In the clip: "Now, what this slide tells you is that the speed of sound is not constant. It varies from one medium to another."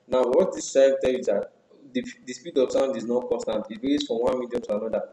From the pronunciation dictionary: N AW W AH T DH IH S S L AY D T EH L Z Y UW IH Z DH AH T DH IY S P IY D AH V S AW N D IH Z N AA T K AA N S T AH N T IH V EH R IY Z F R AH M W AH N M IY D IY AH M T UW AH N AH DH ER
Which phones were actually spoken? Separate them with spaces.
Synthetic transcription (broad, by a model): N AW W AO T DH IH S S AY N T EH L Y UW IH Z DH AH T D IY S P IY D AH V S AW N D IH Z N AA T K AA N S T AH N T IH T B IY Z F R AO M W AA N M IY D IY AH M T UW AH N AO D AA